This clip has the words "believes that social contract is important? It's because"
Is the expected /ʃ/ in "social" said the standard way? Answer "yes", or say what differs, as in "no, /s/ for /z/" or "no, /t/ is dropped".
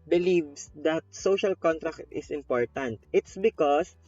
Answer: yes